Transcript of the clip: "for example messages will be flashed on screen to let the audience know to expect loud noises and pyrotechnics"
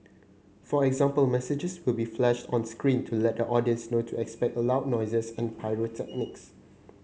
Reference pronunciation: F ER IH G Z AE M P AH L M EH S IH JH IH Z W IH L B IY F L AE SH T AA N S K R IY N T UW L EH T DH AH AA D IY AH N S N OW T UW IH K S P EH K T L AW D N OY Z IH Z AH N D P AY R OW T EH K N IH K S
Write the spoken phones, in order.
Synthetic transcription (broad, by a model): F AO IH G Z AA M P AH L M EH S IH JH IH S W IH L B IY F L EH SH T AA N S K R IY N T UW L EH T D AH AA D IY AH N S N OW T UW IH K S P EH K T L AW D N OY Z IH S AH N P AY R OW T EH K N IH K S